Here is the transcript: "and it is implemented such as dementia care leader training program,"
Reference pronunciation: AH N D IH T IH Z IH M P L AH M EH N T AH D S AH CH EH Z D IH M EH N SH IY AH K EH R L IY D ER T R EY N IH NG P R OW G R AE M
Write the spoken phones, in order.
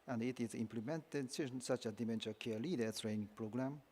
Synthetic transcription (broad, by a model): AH N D IH T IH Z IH M P L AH M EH N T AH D S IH S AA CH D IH M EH N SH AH K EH L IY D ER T R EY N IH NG P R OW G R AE M